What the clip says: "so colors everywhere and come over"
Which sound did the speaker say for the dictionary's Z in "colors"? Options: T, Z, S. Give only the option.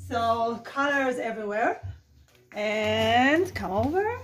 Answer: Z